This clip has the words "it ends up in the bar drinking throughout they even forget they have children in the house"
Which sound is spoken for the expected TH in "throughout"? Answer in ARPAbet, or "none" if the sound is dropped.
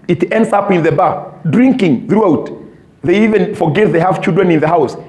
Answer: TH